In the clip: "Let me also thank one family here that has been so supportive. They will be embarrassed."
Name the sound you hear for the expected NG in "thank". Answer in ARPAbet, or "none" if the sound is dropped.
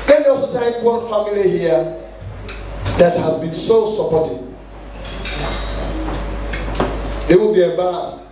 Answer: none